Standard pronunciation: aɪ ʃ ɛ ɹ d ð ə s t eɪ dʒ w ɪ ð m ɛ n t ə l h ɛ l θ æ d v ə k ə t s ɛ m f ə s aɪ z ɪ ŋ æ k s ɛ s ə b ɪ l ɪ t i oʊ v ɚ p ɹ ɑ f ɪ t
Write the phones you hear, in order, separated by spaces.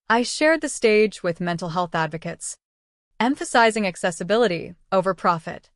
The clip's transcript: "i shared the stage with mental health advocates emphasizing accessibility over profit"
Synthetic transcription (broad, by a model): aɪ ʃ ɛ ɹ d ð ə s t eɪ dʒ w ɪ ð m ɛ n t l h ɛ l θ æ d v ə k ə t s ɛ m f ə s aɪ z ɪ ŋ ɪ k s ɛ s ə b ɪ l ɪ t i oʊ v ɚ p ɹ ɑ f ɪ t